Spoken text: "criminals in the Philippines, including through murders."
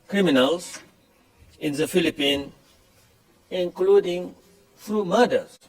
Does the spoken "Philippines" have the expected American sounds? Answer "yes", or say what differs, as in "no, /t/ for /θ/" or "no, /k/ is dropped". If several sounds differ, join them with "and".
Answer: no, /z/ is dropped